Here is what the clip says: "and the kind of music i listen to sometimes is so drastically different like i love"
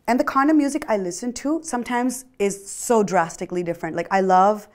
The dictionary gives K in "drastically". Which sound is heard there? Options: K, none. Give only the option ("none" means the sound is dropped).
K